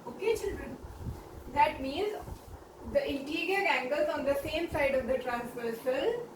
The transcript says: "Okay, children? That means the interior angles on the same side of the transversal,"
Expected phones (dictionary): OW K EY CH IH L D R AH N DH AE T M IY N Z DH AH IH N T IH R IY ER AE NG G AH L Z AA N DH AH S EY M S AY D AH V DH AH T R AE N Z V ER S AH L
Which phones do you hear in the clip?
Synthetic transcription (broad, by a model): OW K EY CH IH L D R AH N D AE T M IY N Z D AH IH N T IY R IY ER AE NG G AH L Z AA N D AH S EY M S AY D AH V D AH T R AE N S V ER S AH L